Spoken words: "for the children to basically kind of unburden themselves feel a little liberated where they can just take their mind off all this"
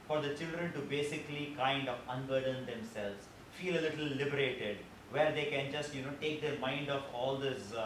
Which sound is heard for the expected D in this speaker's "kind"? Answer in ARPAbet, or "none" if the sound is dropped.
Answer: D